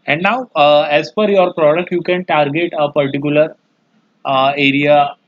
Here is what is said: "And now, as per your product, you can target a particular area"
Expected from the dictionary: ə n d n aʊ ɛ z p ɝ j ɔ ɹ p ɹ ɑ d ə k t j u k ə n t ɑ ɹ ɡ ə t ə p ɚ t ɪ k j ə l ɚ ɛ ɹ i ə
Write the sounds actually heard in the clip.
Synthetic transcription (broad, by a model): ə n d n aʊ ɛ z f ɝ j ɔ ɹ p ɹ ɑ d ə k t j u k ə n t ɑ ɹ ɡ ə t ə p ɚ t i k j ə l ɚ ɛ ɹ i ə